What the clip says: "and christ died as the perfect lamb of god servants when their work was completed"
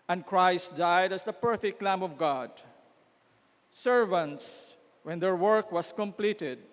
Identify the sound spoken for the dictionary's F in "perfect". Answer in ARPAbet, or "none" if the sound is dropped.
F